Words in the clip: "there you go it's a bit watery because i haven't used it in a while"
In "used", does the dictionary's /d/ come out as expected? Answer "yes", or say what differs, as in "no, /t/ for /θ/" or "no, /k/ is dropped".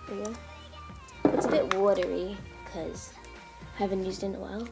yes